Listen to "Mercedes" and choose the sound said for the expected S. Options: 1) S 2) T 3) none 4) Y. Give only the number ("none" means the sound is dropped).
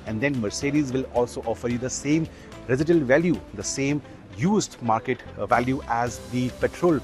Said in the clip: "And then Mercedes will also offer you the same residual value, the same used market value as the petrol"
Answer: 1